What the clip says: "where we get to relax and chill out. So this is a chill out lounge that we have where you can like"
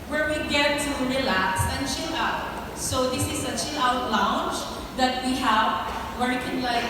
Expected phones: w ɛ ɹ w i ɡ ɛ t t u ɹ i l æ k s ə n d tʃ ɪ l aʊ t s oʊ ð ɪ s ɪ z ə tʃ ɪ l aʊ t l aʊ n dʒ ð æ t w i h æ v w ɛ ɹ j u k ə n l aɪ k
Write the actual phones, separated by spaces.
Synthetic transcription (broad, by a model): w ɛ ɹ w i ɡ ɛ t t u ɹ i l æ k s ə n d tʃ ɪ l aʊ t s oʊ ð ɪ s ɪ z ə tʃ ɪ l aʊ t l aʊ n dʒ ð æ t w i h æ v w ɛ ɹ k ə n l aɪ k